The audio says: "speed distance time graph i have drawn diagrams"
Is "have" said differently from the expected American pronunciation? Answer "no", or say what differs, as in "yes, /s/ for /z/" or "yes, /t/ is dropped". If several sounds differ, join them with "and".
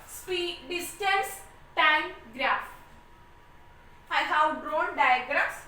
yes, /w/ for /v/